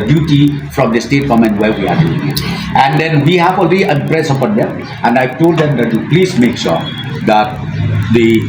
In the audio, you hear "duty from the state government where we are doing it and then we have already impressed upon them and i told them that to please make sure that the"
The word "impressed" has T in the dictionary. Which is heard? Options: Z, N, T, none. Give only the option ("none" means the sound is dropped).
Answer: none